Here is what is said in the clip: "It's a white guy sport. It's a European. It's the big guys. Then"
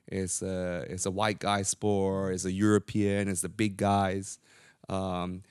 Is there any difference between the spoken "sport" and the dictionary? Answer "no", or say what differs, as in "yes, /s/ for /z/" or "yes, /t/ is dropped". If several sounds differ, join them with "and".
yes, /t/ is dropped